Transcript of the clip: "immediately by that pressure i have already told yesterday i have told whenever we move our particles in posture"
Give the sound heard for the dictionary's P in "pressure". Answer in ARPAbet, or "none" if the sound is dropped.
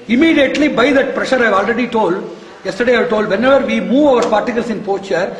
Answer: P